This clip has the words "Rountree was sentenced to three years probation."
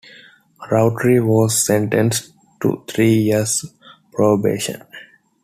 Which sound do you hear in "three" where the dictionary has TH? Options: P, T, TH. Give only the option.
T